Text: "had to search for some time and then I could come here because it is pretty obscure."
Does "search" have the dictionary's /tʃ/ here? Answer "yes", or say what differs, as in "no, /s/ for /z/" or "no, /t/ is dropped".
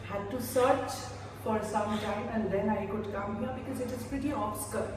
yes